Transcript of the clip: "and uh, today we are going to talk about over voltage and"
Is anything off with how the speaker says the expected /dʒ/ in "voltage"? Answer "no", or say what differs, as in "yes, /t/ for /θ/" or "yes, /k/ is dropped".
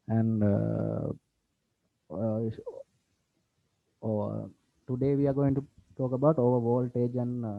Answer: no